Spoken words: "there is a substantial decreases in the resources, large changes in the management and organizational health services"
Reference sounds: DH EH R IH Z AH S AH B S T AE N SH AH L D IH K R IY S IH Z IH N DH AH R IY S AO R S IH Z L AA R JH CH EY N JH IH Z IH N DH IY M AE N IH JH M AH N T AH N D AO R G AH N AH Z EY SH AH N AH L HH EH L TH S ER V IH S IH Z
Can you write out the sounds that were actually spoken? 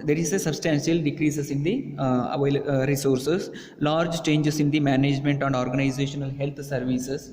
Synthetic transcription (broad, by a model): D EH R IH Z AH S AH B S T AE N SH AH L D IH K R IY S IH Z IH N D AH R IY S AO R S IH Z L AA R JH CH EY N JH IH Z IH N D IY M AE N IH JH M AH N T AH N D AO R G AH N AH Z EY SH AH N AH L HH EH L T S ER V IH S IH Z